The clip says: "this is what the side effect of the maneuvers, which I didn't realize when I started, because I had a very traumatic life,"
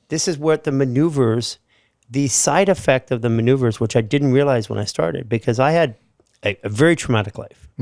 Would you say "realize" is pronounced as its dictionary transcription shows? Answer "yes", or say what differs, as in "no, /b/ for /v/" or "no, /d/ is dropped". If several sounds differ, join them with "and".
yes